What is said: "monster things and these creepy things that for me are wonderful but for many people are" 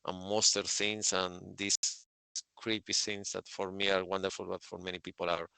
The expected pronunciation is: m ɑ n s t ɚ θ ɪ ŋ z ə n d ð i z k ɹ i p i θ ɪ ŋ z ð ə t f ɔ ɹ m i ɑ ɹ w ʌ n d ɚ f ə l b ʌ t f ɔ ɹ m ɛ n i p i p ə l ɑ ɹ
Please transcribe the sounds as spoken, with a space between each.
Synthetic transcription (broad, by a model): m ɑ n s t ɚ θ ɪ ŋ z ə n d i s k ɹ i p i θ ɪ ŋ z ð ə t f ɔ ɹ m i ɑ ɹ w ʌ n d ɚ f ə l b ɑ t f ɔ ɹ m ɛ n i p i p ə l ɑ ɹ